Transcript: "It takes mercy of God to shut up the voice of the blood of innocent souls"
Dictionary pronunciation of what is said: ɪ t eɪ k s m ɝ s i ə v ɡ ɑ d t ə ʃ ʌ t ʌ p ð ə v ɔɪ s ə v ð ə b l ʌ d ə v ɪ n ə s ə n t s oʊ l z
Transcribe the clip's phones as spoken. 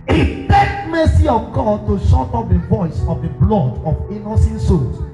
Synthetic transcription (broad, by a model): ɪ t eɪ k m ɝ s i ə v ɡ ɑ d t ə ʃ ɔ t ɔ p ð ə v ɔɪ s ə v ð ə b l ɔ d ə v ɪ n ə s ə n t s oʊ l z